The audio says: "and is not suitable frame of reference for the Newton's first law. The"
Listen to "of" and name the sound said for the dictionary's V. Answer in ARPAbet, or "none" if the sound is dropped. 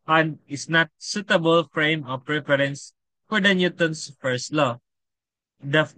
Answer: P